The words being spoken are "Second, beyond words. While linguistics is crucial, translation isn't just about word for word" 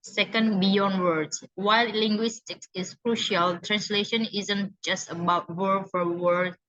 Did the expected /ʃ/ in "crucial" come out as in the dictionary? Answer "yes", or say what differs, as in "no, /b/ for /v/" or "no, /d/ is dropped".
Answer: yes